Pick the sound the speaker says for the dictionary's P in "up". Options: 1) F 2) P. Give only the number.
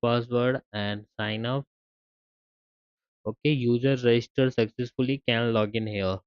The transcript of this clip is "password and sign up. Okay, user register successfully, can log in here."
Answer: 1